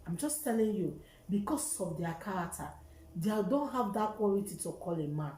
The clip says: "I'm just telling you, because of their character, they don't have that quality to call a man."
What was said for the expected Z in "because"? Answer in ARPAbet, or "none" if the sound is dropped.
S